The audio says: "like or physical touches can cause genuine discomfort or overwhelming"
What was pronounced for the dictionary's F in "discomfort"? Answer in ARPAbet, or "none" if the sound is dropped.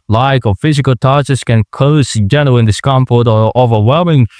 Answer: P